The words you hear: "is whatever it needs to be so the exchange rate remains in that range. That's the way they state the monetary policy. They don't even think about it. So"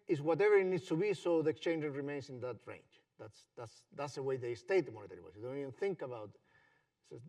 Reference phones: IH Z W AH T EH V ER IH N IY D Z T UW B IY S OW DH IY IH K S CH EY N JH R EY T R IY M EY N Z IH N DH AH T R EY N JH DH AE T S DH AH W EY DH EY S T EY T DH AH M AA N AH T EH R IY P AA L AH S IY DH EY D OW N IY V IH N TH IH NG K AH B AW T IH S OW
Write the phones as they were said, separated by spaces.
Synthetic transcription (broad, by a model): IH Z W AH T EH V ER IH N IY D S T UW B IY S OW DH IY IH K S CH EY N JH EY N R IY M EY N S IH N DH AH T R EY N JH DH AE T S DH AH W EY DH EY S T EY T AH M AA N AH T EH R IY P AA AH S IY D OW N IY V IH N TH IH NG K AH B AW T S